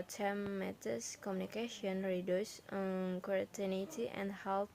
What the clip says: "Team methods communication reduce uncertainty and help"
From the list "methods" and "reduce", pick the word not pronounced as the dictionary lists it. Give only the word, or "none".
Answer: methods